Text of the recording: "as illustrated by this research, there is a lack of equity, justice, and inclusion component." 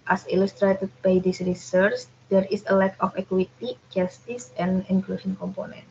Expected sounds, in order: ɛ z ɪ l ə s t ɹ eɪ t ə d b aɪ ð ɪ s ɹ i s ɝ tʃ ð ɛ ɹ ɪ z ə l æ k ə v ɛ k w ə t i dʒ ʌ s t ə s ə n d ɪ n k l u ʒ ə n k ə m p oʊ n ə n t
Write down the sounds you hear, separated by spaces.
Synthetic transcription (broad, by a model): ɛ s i l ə s t ɹ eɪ t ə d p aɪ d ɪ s ɹ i s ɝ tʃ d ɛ ɹ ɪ s ə l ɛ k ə f ɛ k w ə t i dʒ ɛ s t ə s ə n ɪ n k l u ʃ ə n k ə m p oʊ n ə n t